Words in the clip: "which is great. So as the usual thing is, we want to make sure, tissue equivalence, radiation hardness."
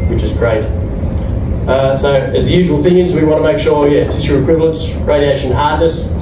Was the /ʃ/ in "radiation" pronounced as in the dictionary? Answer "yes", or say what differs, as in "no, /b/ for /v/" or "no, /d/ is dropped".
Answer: yes